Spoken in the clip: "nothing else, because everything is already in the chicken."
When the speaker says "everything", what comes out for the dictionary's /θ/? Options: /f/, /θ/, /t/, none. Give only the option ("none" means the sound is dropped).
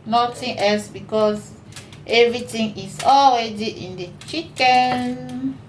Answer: /t/